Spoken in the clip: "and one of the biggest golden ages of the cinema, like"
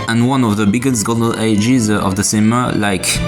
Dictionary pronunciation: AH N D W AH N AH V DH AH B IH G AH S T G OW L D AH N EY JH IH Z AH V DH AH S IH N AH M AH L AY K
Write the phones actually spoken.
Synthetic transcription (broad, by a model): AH N W AH N AH V DH AH B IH G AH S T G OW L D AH L EY JH IH Z AH V DH AH S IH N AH M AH L AY K